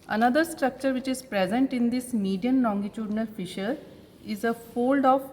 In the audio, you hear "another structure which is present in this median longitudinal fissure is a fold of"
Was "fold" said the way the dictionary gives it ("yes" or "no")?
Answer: yes